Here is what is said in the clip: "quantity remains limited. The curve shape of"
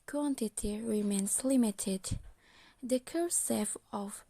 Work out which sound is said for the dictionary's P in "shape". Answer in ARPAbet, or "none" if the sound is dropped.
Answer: F